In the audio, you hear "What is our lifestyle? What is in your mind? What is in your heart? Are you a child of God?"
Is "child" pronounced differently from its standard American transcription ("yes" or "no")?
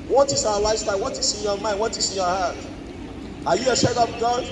yes